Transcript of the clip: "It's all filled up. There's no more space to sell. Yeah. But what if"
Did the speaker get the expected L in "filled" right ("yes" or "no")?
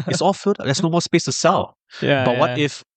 no